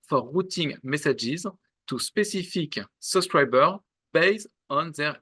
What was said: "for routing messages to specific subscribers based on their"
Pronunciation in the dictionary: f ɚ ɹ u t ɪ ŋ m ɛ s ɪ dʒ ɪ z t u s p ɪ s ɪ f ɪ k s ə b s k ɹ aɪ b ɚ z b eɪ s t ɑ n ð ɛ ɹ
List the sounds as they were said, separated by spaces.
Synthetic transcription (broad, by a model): f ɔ ɹ u t ɪ ŋ m ɛ s ɪ dʒ ɪ z t u s p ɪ s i f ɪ k s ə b s k ɹ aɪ b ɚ b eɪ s ɑ n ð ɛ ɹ